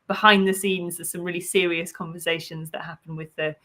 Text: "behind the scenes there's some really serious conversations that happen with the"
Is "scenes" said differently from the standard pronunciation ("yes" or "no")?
no